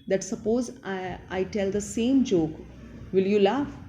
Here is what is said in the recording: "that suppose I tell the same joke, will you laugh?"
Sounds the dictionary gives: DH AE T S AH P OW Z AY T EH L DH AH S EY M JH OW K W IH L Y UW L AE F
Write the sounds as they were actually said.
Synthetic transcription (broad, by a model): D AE T S AH P OW Z AY T EH L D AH S EY M JH OW K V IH L Y UW L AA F